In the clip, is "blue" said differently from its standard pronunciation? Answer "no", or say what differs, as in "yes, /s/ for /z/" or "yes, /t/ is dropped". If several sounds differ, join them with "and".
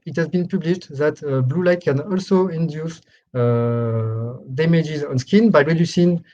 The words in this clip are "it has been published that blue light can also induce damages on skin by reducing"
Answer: no